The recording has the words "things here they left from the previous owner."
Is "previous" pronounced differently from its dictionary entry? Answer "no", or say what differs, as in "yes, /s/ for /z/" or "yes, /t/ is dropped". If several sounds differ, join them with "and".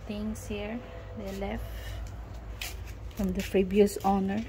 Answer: yes, /b/ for /v/